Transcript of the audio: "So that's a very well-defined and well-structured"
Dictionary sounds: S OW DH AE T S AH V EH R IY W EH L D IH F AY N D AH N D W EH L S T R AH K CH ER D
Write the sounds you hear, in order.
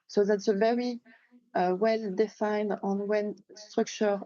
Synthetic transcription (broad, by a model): S OW DH AE T S AH V EH R IY W EH L D IH F AY N D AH N W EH N S T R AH K CH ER